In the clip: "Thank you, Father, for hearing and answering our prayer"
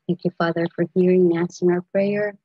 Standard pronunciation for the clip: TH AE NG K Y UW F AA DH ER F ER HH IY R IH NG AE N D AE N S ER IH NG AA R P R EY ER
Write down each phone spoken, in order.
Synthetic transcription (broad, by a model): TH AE NG K Y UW F AA DH ER F ER HH IY R IH NG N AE S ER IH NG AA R P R EY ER